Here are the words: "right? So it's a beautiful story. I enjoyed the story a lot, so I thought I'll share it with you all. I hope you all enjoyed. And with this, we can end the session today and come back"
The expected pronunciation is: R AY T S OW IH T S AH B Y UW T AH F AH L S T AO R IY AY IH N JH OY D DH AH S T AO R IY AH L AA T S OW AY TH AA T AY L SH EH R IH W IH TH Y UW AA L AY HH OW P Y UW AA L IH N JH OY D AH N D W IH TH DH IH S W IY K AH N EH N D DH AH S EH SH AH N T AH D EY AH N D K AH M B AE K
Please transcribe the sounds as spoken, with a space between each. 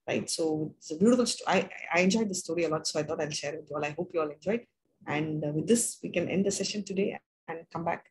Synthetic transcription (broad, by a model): R AY T S OW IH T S AH B Y UW T AH F AH L S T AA IY AY IH N JH OY D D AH S T AO R IY AH L AA T S OW AY T AA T AY L SH EH R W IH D Y UW AA L AY HH OW P Y UW AA L IH N JH OY D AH N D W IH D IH S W IY K AH N EH N D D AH S EH SH AH N T AH D EY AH N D K AH M B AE K